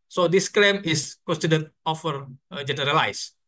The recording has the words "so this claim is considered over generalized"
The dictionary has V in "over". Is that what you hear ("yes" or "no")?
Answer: no